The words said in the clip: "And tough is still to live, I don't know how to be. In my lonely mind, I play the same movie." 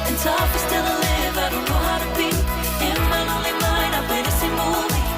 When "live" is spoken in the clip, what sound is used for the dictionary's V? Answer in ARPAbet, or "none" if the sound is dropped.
B